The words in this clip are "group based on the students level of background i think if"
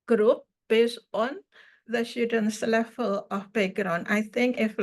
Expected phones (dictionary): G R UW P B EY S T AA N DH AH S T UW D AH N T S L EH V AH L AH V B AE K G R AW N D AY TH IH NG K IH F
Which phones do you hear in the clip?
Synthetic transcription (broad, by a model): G R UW P B EY S T AA N DH AH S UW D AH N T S L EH F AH L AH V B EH G R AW N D AY TH IH NG K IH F